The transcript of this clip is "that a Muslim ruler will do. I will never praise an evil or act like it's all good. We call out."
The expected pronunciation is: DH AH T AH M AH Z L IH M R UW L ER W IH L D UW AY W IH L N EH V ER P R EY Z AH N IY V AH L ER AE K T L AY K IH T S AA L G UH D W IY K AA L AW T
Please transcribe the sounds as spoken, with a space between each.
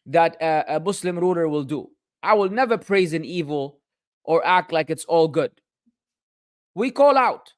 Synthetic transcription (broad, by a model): DH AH T AH M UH S L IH M R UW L ER W IH L D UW AY W IH L N EH V ER P R EY Z AH N IY V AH L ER AE K T L AY K IH T S AA L G UH D W IY K AA L AW T